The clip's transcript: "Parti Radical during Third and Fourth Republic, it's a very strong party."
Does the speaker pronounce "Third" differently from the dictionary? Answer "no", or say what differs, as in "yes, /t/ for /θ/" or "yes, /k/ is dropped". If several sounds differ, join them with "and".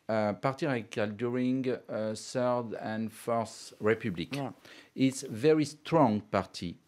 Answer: yes, /s/ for /θ/